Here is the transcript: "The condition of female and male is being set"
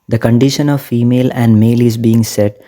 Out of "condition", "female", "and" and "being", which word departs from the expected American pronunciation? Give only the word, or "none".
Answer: none